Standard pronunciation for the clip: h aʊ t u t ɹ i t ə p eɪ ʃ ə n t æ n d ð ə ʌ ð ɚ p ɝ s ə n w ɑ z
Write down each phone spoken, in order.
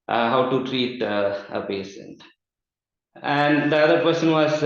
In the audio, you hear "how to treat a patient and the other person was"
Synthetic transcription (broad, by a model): h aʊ t u t ɹ i t ə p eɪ s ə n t æ n d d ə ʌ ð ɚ p ɝ s ə n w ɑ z